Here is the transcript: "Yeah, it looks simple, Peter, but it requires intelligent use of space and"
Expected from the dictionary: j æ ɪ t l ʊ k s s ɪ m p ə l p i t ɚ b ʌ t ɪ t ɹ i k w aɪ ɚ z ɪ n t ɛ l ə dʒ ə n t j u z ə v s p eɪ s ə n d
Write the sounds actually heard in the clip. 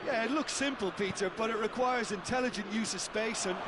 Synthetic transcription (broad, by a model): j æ ɪ t l ʊ k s s ɪ m p ə l p i t ɚ b ʌ t ɪ t ɹ i k w aɪ ɚ z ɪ n t ɛ l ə dʒ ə n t j u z ə v s p eɪ s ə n